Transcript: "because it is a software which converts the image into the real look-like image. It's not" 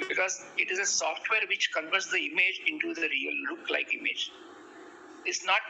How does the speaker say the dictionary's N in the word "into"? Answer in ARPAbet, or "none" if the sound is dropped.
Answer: N